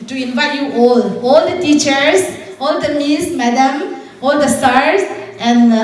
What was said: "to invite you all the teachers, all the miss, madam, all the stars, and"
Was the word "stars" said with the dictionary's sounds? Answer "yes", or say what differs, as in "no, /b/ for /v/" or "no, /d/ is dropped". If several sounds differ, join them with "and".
no, /s/ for /z/